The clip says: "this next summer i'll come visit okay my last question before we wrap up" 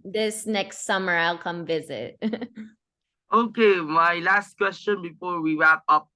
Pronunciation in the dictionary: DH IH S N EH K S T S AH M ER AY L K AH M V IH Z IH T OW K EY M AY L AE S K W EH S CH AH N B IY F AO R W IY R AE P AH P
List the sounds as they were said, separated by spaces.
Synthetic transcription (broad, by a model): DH IH S N EH K S T S AH M ER AY L K AH M V IH Z IH T OW K EY M AY L AE S K W EH S CH AH N B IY F AO R W IY R AE P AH P